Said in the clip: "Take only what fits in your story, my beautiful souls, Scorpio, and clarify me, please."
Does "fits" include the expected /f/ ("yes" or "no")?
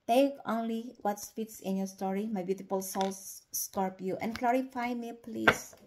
no